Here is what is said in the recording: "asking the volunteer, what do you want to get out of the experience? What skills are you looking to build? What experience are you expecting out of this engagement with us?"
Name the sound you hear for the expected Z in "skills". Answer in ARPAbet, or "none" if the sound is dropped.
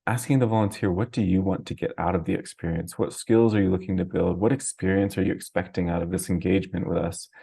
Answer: Z